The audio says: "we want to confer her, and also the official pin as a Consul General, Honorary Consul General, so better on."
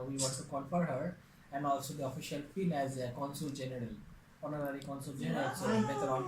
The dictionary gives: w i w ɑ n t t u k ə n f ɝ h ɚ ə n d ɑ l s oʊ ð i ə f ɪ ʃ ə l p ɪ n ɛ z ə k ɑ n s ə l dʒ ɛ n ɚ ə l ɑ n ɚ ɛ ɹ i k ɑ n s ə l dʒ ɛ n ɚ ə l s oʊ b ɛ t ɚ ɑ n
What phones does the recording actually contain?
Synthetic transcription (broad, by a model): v i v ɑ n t t u k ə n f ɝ h ɚ ə n d ɑ l s oʊ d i ə f ɪ ʃ ə l f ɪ l ɛ z ə k ɑ n s ə l dʒ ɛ n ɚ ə l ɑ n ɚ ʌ ɹ i k ɑ n s ə l dʒ ɛ n ɚ ə l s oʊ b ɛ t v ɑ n